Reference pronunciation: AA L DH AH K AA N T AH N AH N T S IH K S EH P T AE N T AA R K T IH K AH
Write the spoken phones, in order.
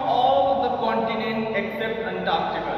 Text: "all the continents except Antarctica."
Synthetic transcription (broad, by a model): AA L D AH K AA N T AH N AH N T IH K S EH P T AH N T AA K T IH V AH